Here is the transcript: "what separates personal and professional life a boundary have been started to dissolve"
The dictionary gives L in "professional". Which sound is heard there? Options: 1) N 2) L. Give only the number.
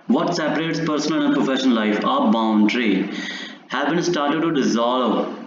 1